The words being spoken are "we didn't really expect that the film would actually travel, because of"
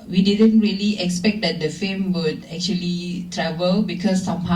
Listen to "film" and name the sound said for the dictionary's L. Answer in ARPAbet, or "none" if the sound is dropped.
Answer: none